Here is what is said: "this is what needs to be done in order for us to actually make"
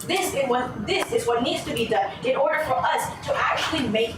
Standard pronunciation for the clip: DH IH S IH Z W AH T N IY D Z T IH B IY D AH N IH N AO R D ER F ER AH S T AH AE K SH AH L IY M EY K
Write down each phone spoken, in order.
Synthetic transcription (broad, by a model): DH IH S IH Z W AH T N IY D Z T IH B IY D AH N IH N AO R D ER F ER AH S T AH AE K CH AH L IY M EY K